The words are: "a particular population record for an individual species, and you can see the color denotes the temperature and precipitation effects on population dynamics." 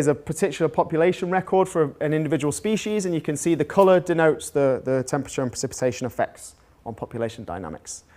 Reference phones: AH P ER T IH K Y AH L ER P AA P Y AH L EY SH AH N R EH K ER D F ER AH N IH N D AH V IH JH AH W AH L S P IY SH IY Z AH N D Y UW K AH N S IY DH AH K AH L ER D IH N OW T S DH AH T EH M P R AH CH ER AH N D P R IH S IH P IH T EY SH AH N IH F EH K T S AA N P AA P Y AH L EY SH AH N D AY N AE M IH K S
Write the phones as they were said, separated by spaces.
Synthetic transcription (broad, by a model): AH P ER T IH K Y L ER P AA P Y AH L EY SH AH N R EH K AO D F ER AH N IH N D AH V IH JH AH W AH L S P IY SH IY Z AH N Y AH K AH N S IY DH AH K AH L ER D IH N OW T S DH AH T EH M P R AH CH ER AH N P R IH S IH P IH T EY SH AH N IH F EH K T S N P AA P Y AH L EY SH AH N D AY N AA M IH K S